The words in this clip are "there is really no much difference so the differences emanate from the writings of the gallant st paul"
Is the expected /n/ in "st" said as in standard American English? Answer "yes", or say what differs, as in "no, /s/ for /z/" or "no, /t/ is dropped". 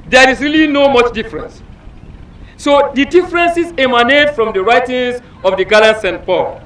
yes